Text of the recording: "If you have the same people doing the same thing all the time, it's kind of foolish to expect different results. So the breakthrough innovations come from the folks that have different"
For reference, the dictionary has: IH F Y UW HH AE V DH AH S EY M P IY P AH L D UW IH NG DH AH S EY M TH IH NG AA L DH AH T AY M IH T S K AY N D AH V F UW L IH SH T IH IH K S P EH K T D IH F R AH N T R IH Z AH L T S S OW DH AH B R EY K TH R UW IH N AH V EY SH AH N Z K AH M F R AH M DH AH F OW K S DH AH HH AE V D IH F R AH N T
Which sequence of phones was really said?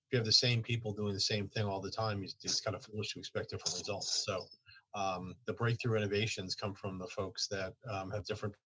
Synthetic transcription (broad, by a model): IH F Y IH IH V DH AH S EY M P IY P L D UW IH NG DH AH S EY M TH IH NG AA L DH AH T AY M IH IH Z K AY N D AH F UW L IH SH T IH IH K S P EH K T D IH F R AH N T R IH Z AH L T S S OW DH AH B R EY K TH R UW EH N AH V EY SH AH N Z K AH M F R AH M DH AH F OW K S DH AH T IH V D IH F R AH N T